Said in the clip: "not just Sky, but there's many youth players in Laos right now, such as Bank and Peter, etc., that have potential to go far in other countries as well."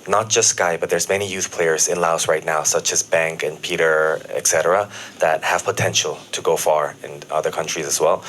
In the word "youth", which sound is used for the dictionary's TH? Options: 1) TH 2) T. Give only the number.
1